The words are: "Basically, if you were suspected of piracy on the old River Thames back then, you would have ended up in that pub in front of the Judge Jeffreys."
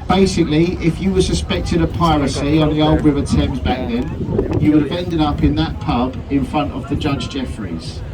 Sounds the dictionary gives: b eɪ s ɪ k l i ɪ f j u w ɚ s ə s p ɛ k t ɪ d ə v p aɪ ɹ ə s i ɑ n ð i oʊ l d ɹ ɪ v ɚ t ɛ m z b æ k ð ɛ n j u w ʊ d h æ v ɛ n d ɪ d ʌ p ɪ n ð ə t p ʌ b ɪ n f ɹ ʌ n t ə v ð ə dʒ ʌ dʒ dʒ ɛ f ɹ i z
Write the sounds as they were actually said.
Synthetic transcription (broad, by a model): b eɪ s ɪ k l i ɪ f j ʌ w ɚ s ə s p ɛ k t ɪ d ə p aɪ ɹ ə s i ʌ n ð i oʊ l d ɹ ɪ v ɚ t ɛ m z b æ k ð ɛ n j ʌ w ʊ d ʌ v ɛ n d ɪ d ʌ p ɪ n ð ə t p ʌ b ɪ n f ɹ ʌ n t ə v ð ə dʒ ʌ dʒ dʒ ɛ f ɹ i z